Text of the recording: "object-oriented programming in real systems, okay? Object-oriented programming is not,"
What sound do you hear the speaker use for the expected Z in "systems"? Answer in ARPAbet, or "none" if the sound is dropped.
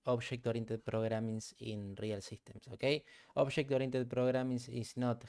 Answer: S